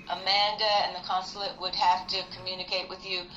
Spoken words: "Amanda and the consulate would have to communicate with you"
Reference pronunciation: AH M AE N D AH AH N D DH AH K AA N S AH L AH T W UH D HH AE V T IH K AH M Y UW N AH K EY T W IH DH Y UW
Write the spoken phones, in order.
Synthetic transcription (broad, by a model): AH M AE N D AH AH N DH AH K AA N S L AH T W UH D HH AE F T IH K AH M Y UW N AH K EY T W IH DH Y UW